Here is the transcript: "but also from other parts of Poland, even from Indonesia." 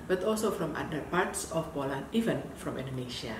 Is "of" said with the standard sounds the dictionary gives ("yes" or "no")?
no